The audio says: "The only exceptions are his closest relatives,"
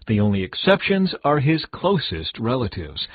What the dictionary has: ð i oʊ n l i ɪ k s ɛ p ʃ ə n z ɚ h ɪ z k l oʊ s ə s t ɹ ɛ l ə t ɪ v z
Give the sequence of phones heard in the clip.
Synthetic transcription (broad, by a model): ð i oʊ n l i ɪ k s ɛ p ʃ ə n z ɚ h ɪ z k l oʊ s ə s t ɹ ɛ l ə t ɪ v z